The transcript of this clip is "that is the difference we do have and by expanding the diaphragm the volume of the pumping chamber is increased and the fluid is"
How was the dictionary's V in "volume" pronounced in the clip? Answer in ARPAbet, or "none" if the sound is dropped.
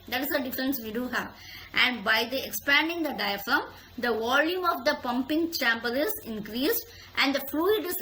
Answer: V